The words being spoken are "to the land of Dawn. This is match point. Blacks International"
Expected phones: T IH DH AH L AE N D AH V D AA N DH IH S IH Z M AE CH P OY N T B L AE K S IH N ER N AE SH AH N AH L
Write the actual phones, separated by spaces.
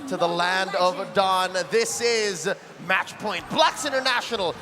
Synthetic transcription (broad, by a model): T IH DH AH L AE N D AH V D AA N DH IH S IH Z M AE CH P OY N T B L AE K S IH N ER N AE SH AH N L